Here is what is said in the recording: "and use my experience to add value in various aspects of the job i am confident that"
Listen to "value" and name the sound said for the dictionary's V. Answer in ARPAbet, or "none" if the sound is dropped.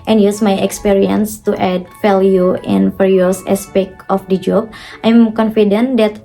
F